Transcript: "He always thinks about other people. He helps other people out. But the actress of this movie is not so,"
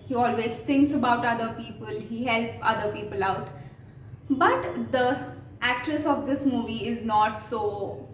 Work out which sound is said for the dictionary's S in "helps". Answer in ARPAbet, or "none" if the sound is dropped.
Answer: none